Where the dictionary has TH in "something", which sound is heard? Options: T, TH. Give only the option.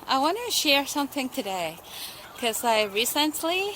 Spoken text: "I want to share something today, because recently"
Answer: TH